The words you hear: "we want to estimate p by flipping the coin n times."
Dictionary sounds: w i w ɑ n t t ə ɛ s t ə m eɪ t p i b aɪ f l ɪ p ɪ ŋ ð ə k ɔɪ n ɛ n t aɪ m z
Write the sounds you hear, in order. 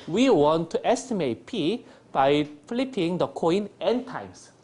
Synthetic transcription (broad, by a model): w i w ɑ n t t ɛ s t ə m eɪ t p i b aɪ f l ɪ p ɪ ŋ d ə k ɔɪ n ɛ n t aɪ m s